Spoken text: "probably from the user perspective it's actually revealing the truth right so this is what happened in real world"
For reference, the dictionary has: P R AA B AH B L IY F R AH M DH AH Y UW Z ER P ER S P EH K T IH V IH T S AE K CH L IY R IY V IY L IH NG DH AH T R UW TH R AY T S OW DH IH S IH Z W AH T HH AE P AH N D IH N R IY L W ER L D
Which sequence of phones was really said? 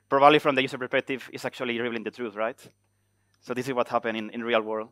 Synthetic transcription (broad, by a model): P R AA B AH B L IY F R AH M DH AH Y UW S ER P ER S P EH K T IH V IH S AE K CH IY L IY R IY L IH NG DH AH T R UW TH R AY T S OW DH IH S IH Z W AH T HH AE P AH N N IH N R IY L W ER L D